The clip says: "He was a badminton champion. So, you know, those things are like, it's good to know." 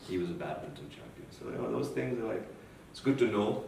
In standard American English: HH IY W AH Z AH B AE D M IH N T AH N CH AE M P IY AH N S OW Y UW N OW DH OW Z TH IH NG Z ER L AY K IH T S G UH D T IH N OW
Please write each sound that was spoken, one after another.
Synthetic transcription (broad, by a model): HH IY W AH Z AH B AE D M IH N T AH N CH AE M P IY AH N S OW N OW DH OW Z TH IH NG Z ER L AY K IH T S G UH D T IH N OW